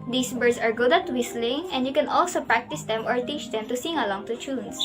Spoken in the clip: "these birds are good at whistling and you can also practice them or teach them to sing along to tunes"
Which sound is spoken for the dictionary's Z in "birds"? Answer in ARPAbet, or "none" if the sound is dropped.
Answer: S